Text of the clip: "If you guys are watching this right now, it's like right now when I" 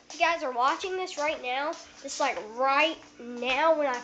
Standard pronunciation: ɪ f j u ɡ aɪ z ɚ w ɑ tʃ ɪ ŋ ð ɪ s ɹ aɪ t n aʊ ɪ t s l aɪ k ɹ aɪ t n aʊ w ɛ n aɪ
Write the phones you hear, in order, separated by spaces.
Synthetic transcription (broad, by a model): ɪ ɡ aɪ z ɚ w ɑ tʃ ɪ ŋ ð ɪ s ɹ aɪ t n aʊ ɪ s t l aɪ k ɹ aɪ t n aʊ w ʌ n aɪ